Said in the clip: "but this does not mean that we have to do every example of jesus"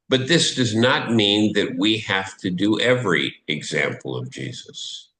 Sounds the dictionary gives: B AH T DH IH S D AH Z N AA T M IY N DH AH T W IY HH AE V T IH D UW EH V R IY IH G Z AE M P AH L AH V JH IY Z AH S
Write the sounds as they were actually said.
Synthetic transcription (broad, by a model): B AH T DH IH S D AH Z N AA T M IY N DH AH T W IY HH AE F T IH D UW EH V R IY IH G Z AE M P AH L AH V JH IY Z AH S